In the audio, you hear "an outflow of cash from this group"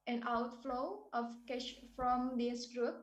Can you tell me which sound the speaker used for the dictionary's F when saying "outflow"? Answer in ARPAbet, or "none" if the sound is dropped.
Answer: F